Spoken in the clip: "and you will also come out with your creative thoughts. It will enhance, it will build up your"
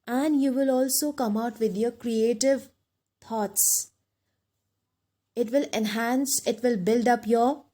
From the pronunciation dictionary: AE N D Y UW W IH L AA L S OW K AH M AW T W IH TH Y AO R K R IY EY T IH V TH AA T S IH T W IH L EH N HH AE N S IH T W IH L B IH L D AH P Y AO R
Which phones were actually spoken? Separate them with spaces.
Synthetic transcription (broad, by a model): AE N D Y UW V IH L AA L S OW K AH M AW T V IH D Y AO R K R IY EY T IH V T AA T S IH T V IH L EH N HH AE N S IH T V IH L B IH L D AH P Y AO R